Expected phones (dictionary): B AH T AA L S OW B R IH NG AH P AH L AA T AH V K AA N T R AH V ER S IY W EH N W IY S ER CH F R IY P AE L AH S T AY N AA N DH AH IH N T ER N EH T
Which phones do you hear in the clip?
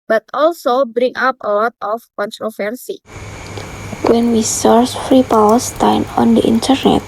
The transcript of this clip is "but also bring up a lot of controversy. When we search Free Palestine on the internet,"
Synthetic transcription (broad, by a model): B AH T AA L S OW B R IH NG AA P AH L AA T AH F K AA N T R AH F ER S IY W EH N W IY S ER S F R IY P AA W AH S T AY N AA N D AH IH N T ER N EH T